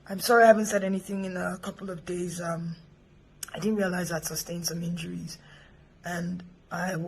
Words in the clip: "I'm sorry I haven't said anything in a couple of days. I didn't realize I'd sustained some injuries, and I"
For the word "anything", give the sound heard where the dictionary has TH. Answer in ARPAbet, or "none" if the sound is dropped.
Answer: TH